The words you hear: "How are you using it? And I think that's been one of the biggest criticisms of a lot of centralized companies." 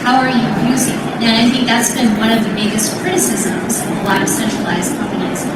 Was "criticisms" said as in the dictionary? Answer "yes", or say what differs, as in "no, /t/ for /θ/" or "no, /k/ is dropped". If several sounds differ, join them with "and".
yes